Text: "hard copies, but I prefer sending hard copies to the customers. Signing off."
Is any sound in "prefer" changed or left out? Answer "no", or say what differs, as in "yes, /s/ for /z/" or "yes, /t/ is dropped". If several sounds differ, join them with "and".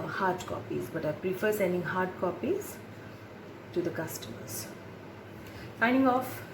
no